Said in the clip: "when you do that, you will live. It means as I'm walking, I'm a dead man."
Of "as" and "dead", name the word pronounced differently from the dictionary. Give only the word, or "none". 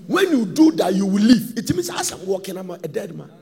as